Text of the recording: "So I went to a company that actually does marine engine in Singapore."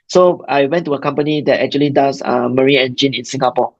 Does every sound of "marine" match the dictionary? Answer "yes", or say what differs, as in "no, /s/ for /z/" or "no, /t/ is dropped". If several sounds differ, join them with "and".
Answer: no, /n/ is dropped